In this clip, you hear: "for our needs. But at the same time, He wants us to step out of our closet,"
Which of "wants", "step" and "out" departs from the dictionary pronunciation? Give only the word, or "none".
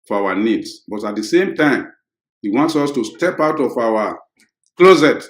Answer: none